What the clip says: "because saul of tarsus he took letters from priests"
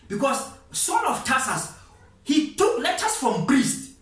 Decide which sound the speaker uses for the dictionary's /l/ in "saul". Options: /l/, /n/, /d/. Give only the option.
/n/